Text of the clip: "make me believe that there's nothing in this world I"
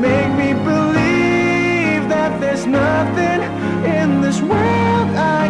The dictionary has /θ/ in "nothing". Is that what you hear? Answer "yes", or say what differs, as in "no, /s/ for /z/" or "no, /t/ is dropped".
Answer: yes